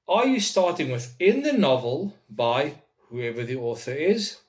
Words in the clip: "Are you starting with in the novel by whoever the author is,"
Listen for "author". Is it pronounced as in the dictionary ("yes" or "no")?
yes